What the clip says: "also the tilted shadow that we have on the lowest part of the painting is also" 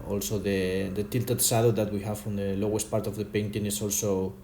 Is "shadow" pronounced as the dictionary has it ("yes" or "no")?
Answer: no